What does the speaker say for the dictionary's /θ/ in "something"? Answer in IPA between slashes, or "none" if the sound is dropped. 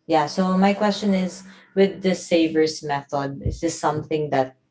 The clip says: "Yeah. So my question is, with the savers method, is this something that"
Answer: /θ/